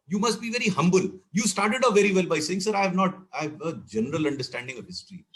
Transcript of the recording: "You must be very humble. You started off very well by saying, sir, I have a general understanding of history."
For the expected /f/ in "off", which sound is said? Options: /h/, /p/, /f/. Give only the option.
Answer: /p/